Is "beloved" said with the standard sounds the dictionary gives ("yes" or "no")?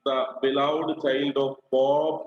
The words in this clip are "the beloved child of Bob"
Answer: no